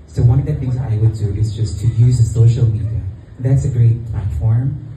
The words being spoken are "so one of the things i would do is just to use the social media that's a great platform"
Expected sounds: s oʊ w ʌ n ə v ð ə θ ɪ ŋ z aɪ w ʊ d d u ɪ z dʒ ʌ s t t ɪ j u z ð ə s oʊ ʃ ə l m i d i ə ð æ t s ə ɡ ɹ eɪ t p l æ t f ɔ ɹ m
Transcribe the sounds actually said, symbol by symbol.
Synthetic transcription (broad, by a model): s oʊ w ʌ n ə v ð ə θ ɪ ŋ z aɪ w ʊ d d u ɪ z dʒ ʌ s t t ɪ j u z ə s oʊ ʃ l m i d i ə ð æ t s ə ɡ ɹ eɪ t p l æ t f ɔ ɹ m